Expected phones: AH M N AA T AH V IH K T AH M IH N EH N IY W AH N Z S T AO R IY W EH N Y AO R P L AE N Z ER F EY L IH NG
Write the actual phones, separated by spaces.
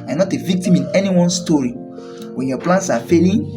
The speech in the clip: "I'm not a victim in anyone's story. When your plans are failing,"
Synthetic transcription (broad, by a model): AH N AA T AH V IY K T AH M IH N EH N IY W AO N S T AO R IY W EH N Y AO P L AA N S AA F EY L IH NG